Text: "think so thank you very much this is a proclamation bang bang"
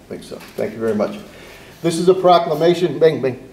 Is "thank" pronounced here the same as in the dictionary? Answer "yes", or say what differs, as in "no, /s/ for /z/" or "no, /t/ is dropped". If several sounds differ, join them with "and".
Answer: yes